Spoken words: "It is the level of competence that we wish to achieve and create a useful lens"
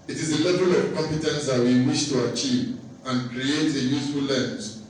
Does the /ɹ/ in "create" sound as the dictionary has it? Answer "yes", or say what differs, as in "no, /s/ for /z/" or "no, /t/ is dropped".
yes